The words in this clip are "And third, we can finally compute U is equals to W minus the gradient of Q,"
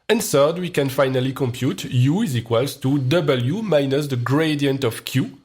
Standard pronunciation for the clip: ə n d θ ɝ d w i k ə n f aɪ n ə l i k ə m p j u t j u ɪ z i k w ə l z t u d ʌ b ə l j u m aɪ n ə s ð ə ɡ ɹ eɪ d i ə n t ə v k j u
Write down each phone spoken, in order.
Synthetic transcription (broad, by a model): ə n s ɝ d w i k ə n f aɪ n ə l i k ə m p j u t j u ɪ z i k w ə l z t u d ʌ b ə l j u m aɪ n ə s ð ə ɡ ɹ eɪ d i ə n t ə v k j u